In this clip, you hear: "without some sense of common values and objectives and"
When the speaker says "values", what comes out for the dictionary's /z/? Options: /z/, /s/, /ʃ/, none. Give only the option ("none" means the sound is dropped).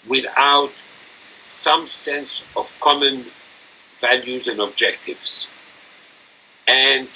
/z/